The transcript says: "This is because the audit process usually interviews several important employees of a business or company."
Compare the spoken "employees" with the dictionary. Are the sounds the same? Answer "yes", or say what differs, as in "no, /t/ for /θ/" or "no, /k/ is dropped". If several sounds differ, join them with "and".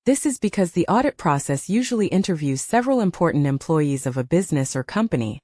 yes